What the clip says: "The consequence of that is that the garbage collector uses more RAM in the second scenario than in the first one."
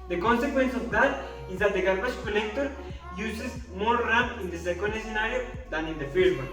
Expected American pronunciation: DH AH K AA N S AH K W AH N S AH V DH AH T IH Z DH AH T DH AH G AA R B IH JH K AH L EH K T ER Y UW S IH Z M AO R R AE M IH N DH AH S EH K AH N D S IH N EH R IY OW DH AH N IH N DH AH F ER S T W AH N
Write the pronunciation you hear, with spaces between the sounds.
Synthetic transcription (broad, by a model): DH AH K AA N S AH K W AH N S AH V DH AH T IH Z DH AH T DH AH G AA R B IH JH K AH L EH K T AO Y UW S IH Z M AO R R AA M IH N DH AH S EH K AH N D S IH N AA R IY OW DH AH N IH N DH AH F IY T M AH